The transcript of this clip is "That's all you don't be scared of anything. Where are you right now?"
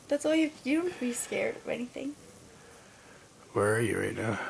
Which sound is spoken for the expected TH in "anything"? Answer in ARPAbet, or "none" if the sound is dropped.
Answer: TH